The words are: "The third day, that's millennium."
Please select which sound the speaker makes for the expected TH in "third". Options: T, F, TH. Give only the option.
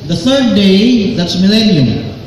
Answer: TH